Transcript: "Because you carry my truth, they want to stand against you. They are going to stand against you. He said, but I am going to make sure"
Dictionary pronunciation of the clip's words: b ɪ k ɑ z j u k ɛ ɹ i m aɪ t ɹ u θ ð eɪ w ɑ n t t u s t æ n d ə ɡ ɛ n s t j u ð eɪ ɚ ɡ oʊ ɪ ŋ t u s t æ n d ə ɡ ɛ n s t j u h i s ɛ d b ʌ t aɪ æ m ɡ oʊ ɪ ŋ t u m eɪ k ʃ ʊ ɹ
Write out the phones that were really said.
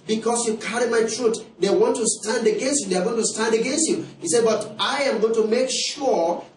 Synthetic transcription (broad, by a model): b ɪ k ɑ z j u k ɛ ɹ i m aɪ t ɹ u t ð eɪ w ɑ n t t u s t æ n d ə ɡ ɛ n s t j u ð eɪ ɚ ɡ oʊ ɪ ŋ t u s t æ n d ə ɡ ɛ n s t j u h i s ɛ d b ʌ t aɪ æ m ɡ oʊ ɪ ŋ t u m eɪ k ʃ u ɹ